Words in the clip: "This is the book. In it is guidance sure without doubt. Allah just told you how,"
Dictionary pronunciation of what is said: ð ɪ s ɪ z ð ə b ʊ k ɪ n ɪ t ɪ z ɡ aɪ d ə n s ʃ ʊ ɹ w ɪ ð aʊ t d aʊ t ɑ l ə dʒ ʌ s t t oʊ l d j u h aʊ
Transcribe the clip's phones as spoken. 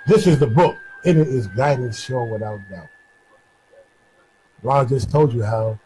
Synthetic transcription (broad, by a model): ð ɪ s ɪ z ð ə b ʊ k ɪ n ɪ t ɪ z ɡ aɪ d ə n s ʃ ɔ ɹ w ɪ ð aʊ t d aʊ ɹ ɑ ə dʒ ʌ s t t oʊ l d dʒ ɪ h aʊ